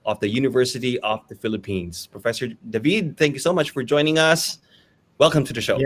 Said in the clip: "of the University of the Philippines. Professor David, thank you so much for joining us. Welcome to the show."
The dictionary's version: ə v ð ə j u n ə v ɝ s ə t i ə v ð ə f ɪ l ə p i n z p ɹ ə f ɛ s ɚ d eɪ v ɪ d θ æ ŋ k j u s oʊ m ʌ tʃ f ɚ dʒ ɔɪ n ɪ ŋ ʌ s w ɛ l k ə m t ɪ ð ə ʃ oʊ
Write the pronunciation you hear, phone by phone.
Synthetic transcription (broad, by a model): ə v ð ə j u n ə v ɝ s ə t i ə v ð ə f ɪ l ə p i n z p ɹ ə f ɛ s ɚ d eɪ v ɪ d θ æ ŋ k j u s oʊ m ʌ tʃ f ɚ dʒ ɔɪ n ɪ ŋ ʌ s w ɛ l k ə m t ɪ ð ə ʃ oʊ